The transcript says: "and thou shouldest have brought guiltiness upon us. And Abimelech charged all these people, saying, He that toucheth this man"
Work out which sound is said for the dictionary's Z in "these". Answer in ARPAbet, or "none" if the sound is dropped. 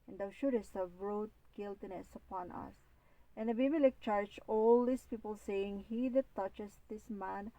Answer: S